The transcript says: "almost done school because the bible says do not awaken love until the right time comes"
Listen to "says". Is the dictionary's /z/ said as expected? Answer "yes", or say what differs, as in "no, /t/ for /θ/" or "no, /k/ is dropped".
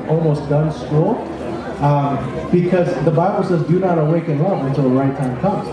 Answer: yes